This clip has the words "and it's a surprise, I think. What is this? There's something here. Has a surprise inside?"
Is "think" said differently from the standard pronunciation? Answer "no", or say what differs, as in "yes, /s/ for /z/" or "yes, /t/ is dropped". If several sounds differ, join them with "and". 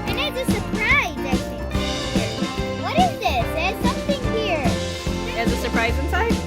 yes, /ŋ/ is dropped